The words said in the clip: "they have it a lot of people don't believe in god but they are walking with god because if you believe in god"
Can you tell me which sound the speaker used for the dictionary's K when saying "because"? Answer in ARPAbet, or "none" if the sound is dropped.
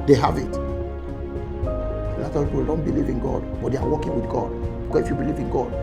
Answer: none